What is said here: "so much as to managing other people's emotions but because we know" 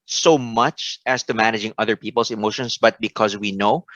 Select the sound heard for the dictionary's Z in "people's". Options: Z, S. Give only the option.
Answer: S